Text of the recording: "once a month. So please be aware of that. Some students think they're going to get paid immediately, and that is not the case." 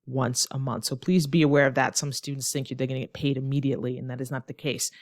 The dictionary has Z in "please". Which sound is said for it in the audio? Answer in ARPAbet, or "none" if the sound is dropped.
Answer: Z